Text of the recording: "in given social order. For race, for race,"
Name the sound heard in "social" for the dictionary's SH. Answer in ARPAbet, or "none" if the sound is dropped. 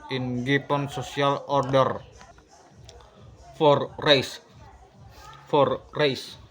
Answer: S